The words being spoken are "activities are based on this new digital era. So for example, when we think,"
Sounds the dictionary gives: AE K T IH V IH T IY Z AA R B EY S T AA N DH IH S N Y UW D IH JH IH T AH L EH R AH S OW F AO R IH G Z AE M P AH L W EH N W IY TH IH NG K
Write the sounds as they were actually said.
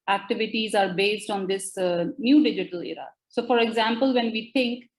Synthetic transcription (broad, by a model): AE K T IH V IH T IY Z AA R B EY S T AA N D IH S N Y UW D IH JH IH T AH L EH R AH S OW F AO R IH G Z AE M P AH L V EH N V IY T IH NG K